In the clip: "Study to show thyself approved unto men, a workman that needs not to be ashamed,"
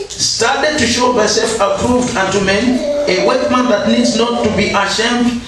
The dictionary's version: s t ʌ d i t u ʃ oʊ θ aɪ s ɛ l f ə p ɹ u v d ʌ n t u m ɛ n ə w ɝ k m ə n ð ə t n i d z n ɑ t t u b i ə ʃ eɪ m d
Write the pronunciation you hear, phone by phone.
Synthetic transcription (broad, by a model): s t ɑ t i t u ʃ oʊ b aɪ s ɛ l f ə p ɹ u v d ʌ n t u m ɛ n ə w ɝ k m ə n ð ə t n i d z n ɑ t t u b i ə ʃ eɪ m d